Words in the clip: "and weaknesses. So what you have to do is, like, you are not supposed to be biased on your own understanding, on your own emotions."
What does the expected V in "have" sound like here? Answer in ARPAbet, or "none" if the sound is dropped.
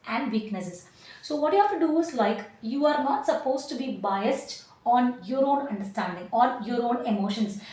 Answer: F